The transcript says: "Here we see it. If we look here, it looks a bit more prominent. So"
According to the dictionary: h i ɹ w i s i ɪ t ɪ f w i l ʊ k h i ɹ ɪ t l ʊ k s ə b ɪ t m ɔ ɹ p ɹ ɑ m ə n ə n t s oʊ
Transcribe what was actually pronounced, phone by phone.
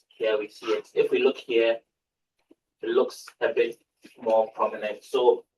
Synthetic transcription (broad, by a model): h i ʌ w i s i ɪ t ɪ f w i l ʊ k h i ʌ ɪ t l ʊ k s ə b ɪ t m ɔ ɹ p ɹ ɑ m ə n ə n t s oʊ